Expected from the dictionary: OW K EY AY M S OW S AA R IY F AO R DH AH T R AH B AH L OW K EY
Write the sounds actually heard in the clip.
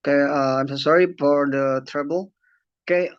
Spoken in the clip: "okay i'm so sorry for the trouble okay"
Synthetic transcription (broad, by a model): K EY AY M S OW S AA R IY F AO R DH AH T R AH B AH L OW K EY